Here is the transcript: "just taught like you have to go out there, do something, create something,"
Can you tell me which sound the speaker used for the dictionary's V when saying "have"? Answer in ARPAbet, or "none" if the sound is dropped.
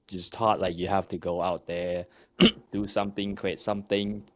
F